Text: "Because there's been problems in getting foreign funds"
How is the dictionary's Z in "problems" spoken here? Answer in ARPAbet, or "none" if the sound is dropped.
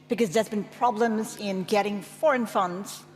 Z